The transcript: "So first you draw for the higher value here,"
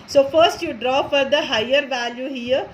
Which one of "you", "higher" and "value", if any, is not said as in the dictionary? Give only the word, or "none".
none